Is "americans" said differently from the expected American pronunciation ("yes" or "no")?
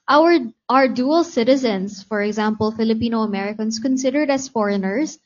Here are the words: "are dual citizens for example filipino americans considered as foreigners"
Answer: yes